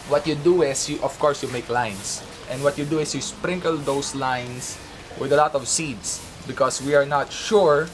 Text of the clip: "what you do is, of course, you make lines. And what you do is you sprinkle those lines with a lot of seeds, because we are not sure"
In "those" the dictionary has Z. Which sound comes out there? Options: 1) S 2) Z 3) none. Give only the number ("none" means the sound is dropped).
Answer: 1